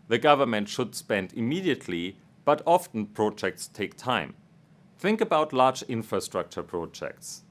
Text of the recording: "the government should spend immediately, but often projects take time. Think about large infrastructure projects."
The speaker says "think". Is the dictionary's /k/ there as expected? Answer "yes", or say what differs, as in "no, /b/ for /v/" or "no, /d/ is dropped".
yes